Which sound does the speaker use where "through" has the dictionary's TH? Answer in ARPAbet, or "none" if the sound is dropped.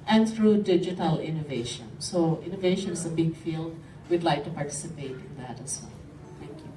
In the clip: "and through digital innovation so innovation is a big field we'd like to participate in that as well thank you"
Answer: T